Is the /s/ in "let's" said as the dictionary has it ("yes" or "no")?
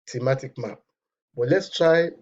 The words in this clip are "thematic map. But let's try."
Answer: yes